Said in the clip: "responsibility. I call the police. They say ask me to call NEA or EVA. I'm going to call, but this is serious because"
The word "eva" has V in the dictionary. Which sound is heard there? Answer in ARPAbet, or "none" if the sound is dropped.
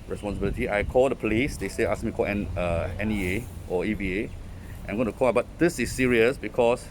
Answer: B